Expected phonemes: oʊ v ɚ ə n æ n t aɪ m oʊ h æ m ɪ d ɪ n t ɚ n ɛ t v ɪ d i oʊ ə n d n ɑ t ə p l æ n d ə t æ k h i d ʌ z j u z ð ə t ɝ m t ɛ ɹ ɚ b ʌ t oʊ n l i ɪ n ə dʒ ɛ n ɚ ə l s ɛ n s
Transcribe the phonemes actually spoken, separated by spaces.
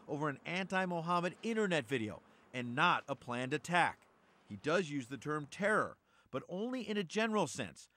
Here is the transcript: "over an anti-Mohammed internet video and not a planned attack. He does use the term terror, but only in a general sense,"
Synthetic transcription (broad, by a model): oʊ v ɚ ə n æ n t aɪ m oʊ h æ m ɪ d ɪ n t ɚ n ɛ t v ɪ d i oʊ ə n n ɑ t ə p l æ n d ə t æ k h i d ʌ z j u z ð ə t ɝ m t ɛ ɹ ɚ b ʌ t oʊ n l i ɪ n ə dʒ ɛ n ɚ l s ɛ n s